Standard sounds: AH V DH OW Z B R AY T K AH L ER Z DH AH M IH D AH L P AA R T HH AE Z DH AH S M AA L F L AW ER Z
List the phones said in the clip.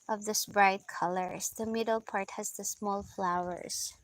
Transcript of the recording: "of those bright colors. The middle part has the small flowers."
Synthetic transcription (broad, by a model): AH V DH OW S B R AY T K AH L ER S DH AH M IH D AH L P AA R T HH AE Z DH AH S M AA L F L AW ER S